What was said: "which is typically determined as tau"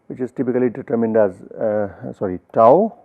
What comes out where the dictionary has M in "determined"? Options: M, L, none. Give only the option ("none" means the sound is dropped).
M